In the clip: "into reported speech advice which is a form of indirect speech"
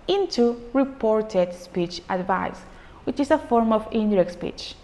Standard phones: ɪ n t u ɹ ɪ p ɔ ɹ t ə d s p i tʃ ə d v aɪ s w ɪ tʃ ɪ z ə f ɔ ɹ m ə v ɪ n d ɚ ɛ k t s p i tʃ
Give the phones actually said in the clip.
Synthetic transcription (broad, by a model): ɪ n t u ɹ ɪ p ɔ ɹ t ə d s p i tʃ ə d v aɪ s w ɪ tʃ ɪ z ə f ɔ ɹ m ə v ɪ n d ɚ ɛ k t s p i tʃ